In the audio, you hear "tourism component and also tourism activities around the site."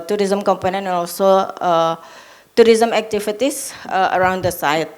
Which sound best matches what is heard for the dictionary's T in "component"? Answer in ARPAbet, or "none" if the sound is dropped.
none